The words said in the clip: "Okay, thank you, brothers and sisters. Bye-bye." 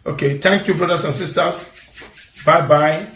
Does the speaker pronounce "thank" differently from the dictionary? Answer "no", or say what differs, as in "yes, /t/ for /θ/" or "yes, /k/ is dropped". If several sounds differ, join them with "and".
yes, /t/ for /θ/